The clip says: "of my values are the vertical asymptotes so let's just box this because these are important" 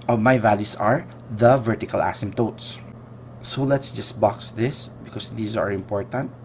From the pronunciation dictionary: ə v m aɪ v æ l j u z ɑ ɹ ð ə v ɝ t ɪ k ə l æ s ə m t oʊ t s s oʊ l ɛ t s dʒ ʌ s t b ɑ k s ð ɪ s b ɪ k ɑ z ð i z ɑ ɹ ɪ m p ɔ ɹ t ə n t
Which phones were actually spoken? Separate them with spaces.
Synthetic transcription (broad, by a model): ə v m aɪ v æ l j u s ɑ ɹ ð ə v ɝ t ɪ k ə l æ s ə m t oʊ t s s oʊ l ɛ t s dʒ ʌ s t b ɑ k s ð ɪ s b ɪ k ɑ s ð i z ɑ ɹ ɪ m p ɔ ɹ t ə n t